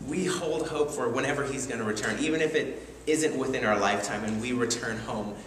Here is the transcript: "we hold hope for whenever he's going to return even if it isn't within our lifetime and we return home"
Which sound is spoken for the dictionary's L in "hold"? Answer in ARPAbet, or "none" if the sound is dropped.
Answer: L